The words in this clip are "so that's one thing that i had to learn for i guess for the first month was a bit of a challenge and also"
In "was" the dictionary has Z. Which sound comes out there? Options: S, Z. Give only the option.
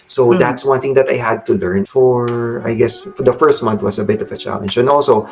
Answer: S